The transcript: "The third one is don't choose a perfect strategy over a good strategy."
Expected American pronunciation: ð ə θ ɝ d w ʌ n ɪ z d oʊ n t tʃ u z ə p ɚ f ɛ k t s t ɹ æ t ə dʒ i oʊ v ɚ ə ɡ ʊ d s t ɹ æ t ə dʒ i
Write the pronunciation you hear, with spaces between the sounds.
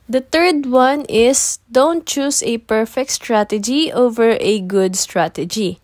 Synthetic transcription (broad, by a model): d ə t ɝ d w ʌ n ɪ s d oʊ n t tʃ u s ə p ɚ f ɛ k t s t ɹ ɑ t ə dʒ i oʊ v ɚ ə ɡ ʊ d s t ɹ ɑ t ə dʒ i